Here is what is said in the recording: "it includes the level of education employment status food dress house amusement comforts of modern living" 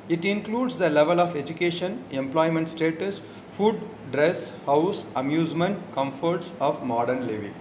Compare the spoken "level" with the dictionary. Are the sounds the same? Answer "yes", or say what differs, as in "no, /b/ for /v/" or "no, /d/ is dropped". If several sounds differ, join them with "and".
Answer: yes